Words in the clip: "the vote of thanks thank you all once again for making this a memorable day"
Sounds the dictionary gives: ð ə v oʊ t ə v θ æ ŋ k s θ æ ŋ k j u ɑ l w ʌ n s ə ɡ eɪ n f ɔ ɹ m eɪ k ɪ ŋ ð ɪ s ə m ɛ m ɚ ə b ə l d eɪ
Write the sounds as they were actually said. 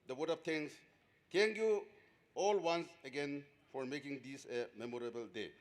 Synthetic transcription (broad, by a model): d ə w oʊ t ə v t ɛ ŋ s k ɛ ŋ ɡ j u ɑ l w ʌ n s ə ɡ eɪ n f ɔ ɹ m eɪ k ɪ ŋ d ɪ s ə m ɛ m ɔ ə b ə l d eɪ